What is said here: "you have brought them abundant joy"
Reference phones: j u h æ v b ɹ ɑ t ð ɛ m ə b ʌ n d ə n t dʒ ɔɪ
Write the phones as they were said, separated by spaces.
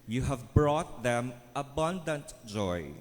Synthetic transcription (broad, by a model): j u h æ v b ɹ ɑ t ð ɛ m ə b ʌ n d ə n t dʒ ɔɪ